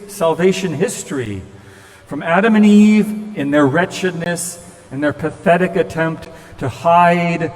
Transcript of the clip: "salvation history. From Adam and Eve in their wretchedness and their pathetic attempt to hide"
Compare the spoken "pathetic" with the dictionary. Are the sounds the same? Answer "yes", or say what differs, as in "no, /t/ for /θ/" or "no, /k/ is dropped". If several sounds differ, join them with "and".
yes